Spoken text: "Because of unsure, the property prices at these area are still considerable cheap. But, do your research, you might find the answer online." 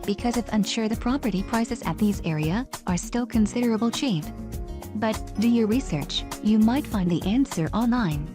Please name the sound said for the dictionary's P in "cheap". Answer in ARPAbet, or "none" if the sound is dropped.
F